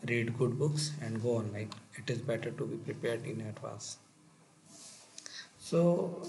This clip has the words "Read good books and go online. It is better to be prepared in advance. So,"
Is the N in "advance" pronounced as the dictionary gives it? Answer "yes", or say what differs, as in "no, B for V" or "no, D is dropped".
no, N is dropped